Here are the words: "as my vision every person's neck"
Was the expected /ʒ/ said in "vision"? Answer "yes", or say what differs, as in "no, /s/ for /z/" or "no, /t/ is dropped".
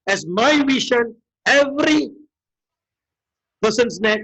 no, /ʃ/ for /ʒ/